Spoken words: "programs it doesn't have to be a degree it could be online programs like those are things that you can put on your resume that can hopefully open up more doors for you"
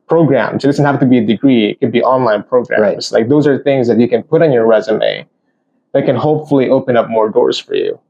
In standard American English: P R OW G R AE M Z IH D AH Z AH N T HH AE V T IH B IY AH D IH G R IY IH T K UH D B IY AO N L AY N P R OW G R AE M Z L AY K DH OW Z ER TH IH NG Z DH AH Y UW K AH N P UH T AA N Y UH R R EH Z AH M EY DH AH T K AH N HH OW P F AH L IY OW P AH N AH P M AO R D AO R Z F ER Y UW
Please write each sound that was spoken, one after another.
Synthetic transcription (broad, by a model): P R OW G R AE M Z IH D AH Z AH N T HH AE F T IH B IY AH D IH G R IY IH T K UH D B IY AO N L AY N P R OW G R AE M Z L AY K DH OW Z ER TH IH NG Z DH AH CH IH K AH N P UH T N Y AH R R EH Z AH M EY DH AH T K AH N HH OW P F L IY OW P AH N AH P M AO R D AO R Z F ER Y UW